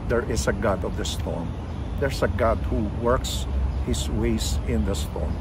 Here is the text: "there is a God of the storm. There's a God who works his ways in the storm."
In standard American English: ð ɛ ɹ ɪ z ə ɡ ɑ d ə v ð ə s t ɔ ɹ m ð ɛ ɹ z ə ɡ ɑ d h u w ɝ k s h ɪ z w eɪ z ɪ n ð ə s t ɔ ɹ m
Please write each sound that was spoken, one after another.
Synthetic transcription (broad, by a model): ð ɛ ɹ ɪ s ə ɡ ɑ d ə v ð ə s t ɔ ɹ m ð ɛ ɹ s ə ɡ ɑ d h u w ɝ k s h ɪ s w eɪ s ɪ n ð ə s t ɔ ɹ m